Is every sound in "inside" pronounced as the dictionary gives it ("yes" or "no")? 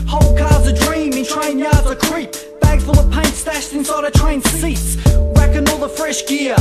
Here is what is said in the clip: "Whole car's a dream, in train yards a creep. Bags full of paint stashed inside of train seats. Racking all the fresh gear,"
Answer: yes